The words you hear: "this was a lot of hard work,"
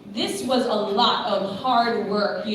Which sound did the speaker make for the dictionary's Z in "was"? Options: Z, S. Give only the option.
Z